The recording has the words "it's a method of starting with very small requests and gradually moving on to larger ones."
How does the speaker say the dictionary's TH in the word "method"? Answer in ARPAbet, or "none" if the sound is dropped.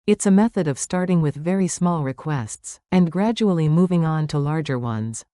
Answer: TH